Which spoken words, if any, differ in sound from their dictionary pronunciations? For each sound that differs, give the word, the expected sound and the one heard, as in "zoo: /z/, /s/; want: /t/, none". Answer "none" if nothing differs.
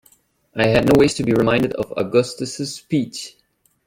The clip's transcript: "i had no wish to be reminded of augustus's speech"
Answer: wish: /ʃ/, /s/